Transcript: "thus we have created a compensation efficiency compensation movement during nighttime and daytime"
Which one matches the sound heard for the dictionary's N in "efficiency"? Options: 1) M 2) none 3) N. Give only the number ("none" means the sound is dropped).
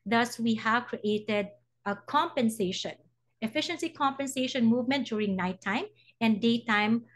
3